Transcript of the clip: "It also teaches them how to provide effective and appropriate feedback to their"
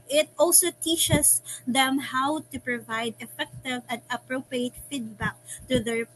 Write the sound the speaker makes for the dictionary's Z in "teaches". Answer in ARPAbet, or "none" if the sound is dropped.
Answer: S